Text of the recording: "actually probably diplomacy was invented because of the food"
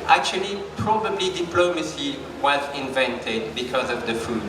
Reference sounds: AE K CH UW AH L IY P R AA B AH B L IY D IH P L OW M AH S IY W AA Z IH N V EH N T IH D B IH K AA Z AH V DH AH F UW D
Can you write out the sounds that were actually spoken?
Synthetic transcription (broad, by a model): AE K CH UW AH L IY P R AA B AH B L IY D IH P L OW M AH S IY W AA Z IH N V EH N T IH D B IH K AA Z AH V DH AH F UW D